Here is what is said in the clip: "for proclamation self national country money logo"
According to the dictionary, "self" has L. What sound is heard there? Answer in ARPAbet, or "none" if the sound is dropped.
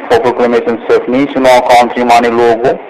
none